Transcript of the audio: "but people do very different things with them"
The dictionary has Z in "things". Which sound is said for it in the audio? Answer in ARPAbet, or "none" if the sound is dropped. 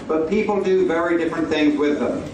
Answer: Z